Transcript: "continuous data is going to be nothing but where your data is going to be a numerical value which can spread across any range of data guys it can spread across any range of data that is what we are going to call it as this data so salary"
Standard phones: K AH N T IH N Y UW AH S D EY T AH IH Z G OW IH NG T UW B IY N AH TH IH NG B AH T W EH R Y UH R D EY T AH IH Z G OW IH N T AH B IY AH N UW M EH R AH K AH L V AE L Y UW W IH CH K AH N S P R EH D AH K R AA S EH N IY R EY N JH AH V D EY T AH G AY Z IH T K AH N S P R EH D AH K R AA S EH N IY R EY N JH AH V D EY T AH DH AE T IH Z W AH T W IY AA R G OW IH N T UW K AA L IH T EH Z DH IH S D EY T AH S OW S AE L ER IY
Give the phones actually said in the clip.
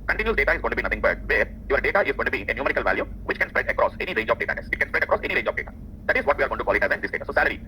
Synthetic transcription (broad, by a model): K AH N T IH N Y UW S D EY T AH IH Z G OW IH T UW B IY N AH T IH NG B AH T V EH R Y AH R D EY T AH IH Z G OW IH N T AH B IY AH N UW M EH R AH K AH L V AE L Y UW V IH CH K AH N S P R EH D AH K R AA S EH N IY R EY N JH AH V D EY T AH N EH S IH T K AH N S P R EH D AH K R AA S EH N IY R EY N JH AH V D EY T AH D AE T IH Z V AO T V IY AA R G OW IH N T UW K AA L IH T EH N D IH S D EY T AH S OW S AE L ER IY